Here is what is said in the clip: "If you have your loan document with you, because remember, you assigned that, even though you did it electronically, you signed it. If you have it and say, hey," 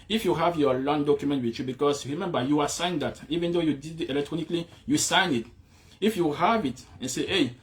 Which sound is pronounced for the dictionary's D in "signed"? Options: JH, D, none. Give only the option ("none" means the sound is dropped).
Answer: none